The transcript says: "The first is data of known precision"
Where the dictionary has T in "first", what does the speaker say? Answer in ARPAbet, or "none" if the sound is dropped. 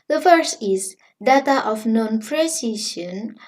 none